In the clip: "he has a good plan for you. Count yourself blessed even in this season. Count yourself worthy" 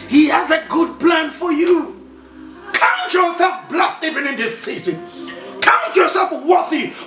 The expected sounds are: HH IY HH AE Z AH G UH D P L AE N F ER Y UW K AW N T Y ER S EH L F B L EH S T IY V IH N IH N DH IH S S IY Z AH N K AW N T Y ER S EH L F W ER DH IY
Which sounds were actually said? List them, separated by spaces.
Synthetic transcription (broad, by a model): HH IY HH AE Z AH G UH D P L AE N F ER Y UW K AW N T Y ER S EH L F B L EH S T IY V IH N IH N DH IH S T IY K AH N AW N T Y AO S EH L F W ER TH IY